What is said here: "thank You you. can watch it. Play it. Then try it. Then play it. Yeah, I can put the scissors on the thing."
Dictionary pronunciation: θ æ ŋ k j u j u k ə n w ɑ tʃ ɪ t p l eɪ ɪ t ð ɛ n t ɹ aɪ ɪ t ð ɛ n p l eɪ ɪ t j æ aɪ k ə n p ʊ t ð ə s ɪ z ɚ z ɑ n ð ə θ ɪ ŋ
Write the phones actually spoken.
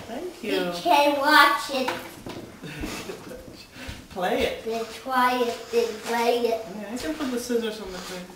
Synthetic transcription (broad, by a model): θ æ ŋ k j j u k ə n w ɑ tʃ ɪ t p l eɪ ɪ t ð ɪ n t w aɪ ɪ t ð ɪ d p l eɪ ɪ t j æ aɪ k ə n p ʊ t ð ə s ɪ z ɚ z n ð ə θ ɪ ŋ